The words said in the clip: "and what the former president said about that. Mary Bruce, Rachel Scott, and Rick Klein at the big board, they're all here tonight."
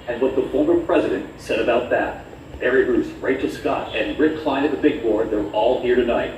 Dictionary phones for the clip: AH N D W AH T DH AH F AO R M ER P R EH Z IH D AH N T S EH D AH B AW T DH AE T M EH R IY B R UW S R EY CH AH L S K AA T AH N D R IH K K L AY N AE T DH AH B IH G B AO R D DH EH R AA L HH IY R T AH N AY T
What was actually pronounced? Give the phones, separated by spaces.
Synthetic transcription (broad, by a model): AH N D W AH T DH AH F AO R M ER P R EH Z IH D AH N T S EH D AH B AW T DH AE T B EH R IY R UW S R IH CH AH S K AA T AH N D R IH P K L AY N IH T DH AH B IH G B AO R D DH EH R AA L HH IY R T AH N AY T